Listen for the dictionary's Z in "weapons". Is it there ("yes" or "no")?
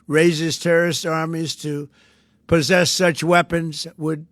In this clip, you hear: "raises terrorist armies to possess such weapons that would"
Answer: yes